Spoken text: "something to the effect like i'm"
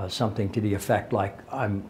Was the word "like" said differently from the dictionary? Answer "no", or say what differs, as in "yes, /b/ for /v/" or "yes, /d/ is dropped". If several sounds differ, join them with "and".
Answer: no